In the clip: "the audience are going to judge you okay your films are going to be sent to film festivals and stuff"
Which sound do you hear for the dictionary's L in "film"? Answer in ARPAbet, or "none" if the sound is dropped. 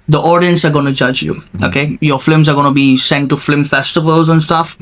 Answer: none